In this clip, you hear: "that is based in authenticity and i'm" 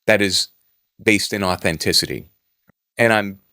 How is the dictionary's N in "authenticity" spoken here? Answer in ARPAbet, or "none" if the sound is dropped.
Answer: N